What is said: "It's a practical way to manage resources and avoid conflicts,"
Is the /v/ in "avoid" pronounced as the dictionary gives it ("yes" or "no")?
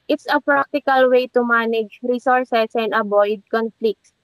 no